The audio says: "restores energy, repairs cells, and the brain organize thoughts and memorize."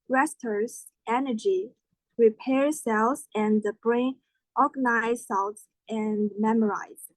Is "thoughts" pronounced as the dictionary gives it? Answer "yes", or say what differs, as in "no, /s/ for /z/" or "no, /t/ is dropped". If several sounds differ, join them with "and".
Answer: no, /s/ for /θ/